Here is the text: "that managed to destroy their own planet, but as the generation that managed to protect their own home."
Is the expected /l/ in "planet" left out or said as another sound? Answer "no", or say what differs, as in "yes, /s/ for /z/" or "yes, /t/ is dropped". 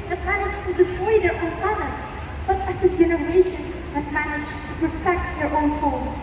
yes, /l/ is dropped